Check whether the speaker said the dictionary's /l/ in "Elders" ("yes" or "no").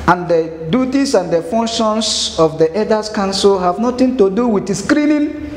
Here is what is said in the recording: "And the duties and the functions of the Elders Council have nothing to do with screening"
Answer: no